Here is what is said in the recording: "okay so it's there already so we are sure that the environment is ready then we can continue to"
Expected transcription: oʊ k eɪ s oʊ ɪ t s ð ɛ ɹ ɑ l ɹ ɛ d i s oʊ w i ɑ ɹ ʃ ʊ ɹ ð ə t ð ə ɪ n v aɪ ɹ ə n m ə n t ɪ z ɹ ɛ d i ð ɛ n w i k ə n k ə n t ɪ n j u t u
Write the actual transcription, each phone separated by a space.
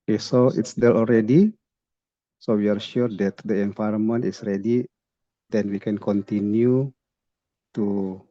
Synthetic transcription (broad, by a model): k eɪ s oʊ ɪ t s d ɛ l ɑ l ɹ ɛ d i s oʊ w i ɑ ɹ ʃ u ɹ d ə t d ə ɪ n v aɪ ɹ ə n m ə n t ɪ s ɹ ɛ d i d ɛ n w i k ə n k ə n t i n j u t u